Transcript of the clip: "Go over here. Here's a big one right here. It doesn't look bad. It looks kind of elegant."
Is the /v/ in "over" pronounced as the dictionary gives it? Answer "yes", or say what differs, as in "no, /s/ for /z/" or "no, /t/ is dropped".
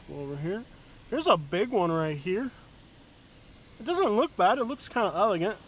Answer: no, /w/ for /v/